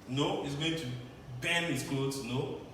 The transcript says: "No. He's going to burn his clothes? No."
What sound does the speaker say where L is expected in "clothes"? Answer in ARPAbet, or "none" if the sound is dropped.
none